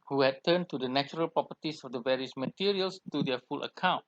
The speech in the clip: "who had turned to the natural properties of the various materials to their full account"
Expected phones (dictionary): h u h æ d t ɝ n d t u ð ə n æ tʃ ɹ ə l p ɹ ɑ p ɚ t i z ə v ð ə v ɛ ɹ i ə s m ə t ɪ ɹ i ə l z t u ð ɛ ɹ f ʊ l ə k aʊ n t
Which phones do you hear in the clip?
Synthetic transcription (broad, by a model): h u h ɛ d t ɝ n t u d ə n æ tʃ ɹ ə l p ɹ ɑ p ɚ t i s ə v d ə v ɛ ɹ i ə s m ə t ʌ ɹ i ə l s t u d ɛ f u l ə k aʊ n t